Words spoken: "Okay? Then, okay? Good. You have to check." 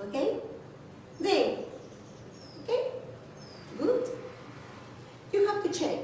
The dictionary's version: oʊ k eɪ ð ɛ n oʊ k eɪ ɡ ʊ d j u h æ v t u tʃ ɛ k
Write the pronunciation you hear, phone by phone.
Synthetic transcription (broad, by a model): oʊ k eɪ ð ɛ oʊ k eɪ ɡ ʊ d j u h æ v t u tʃ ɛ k